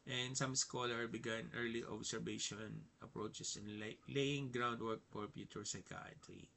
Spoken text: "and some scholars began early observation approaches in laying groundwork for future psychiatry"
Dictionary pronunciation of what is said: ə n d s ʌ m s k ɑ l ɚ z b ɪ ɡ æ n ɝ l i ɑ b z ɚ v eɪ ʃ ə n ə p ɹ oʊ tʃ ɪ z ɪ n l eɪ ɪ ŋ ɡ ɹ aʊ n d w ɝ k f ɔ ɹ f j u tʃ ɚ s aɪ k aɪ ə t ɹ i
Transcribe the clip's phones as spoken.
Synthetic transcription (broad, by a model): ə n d s ʌ m s k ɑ l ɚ b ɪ ɡ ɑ n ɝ l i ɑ b s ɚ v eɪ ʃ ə n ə p ɹ oʊ tʃ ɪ s ɪ n l eɪ ɪ ŋ ɡ ɹ aʊ n d w ɝ k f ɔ ɹ p j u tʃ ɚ s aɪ k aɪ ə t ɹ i